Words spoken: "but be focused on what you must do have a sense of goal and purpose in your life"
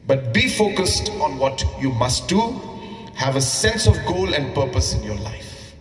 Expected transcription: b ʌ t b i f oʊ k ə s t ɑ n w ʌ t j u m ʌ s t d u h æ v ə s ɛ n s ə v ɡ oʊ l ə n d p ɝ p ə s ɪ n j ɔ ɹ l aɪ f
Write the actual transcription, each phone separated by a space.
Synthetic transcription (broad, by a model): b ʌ t b i f oʊ k ə s t ɑ n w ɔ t j u m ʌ s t d u h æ v ə s ɛ n s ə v ɡ oʊ l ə n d p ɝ p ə s ɪ n j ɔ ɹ l aɪ f